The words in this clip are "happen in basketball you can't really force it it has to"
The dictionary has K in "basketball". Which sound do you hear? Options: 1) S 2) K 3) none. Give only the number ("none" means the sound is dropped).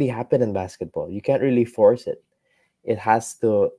2